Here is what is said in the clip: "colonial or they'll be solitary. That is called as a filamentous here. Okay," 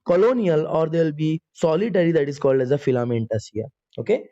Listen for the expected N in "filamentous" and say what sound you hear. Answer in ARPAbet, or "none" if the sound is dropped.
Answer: N